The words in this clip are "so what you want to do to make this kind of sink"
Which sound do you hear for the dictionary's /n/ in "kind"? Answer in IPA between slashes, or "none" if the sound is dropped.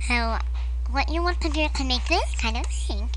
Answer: /n/